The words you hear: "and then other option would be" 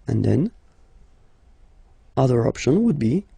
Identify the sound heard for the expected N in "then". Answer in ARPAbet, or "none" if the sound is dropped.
N